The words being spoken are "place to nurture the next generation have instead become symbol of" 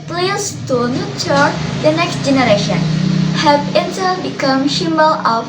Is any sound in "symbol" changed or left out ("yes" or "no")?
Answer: yes